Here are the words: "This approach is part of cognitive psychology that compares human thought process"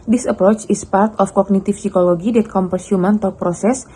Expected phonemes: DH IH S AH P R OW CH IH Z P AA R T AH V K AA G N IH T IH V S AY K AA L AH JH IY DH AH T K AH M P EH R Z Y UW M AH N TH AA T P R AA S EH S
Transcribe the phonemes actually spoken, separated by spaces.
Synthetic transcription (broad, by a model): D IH S AH P R OW CH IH S P AA R T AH F K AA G N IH T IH F S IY K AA L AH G IY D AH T K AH M P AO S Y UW M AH N T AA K P R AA S EH S